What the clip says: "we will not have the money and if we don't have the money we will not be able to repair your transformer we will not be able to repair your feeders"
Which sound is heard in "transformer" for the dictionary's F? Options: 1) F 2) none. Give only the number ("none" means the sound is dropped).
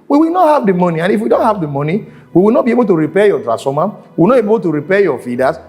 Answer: 2